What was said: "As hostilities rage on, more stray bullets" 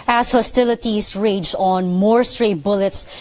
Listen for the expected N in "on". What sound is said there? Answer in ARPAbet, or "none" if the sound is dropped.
N